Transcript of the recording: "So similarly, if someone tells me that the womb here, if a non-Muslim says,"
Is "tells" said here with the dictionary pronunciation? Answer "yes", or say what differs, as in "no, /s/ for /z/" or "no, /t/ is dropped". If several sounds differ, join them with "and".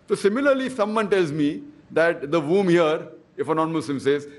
yes